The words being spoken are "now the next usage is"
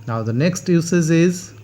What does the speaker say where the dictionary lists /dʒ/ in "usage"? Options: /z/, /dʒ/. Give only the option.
/z/